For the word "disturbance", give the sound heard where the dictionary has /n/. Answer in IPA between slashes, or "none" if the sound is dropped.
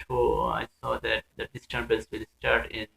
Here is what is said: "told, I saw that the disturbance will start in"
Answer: /l/